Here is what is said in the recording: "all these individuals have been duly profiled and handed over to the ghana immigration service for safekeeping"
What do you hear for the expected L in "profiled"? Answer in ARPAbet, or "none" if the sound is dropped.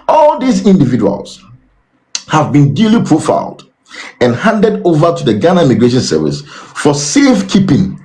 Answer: L